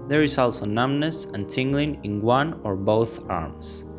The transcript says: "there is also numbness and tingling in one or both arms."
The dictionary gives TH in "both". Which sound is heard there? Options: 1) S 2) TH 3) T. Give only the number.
2